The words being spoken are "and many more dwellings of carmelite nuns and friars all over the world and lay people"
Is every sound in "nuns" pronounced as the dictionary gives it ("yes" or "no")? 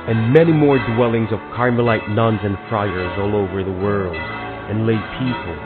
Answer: yes